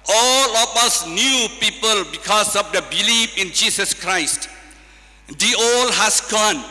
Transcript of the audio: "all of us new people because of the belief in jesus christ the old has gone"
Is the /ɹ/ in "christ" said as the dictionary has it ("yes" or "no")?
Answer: yes